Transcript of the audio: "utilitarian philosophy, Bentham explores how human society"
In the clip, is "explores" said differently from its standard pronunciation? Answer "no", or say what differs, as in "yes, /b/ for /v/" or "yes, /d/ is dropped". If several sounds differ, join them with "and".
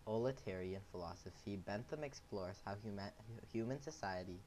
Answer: no